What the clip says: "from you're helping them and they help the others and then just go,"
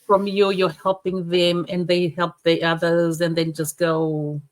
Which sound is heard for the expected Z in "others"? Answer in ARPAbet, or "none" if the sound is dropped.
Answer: Z